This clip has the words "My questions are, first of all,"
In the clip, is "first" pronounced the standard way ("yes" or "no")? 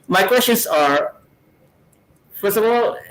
no